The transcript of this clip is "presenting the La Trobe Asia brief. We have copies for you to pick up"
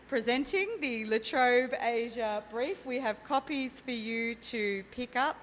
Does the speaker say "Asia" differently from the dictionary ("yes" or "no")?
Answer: no